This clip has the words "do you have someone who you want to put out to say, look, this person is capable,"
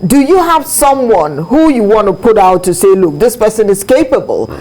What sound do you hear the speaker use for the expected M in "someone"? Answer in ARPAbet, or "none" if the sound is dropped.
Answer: M